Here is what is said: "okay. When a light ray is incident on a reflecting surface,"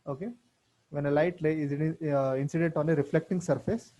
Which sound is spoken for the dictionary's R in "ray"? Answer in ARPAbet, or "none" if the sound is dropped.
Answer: L